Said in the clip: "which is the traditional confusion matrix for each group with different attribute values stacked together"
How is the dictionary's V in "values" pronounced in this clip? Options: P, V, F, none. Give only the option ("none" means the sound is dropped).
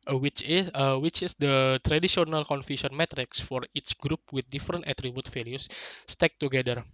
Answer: F